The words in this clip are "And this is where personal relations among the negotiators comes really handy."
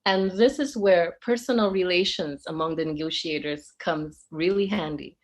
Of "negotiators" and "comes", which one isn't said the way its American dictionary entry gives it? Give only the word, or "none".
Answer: none